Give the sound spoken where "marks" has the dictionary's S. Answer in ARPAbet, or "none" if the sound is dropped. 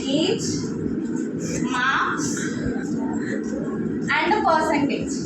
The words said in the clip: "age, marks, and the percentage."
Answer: none